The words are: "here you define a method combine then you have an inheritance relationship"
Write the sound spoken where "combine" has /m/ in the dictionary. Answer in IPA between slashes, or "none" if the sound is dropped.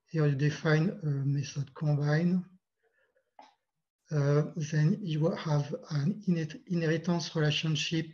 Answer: none